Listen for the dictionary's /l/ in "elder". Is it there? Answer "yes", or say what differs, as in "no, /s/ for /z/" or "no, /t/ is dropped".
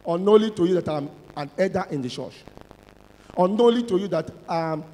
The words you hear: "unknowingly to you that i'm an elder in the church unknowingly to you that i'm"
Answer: no, /l/ is dropped